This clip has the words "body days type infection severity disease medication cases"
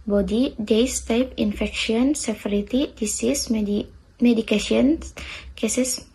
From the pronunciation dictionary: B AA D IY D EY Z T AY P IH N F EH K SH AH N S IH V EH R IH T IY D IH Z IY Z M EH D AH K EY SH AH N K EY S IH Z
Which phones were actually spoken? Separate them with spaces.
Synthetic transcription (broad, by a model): B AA D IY D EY S T AY P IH N F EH K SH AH N S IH F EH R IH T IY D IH S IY S M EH D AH K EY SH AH N K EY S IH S